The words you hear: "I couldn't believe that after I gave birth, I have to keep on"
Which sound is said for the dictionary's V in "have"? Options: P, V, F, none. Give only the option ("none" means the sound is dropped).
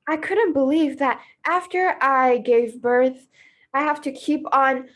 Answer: F